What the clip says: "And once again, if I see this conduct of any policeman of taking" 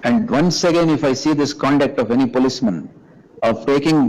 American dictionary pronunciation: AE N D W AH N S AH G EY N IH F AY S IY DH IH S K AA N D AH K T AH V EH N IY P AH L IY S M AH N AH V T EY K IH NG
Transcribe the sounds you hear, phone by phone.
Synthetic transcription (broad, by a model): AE N D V AH N S AH G EY N IH F AY S IY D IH S K AA N D AH K T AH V EH N IY P AH L IY S M AH N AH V T EY K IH NG